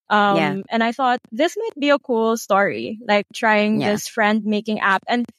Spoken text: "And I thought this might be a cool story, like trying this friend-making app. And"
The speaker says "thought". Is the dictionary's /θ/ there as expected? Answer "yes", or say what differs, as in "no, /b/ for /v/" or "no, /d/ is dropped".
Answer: yes